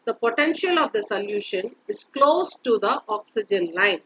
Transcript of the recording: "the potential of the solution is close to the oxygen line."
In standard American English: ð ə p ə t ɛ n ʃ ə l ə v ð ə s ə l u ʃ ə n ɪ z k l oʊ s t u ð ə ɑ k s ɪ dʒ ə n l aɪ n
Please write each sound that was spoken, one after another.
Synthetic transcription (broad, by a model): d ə p ə t ɛ n ʃ ə l ə v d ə s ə l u ʃ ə n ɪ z k l oʊ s t u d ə ɑ k s ɪ dʒ ə n l aɪ n